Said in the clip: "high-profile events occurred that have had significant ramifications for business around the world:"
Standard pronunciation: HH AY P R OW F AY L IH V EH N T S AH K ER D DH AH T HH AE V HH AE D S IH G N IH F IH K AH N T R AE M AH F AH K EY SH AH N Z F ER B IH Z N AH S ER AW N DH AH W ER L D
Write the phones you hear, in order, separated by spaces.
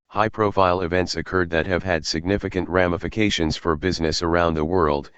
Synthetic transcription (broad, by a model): HH AY P R OW F AY L IH V EH N T S AH K ER D DH AH T HH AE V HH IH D S IH G N IH F IH K AH N T R AE M AH F AH K EY SH AH N Z F ER B IH Z N AH S ER AW N DH AH W ER L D